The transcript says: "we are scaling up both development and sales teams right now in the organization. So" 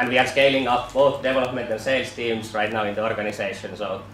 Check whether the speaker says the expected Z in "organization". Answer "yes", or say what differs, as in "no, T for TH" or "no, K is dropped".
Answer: no, S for Z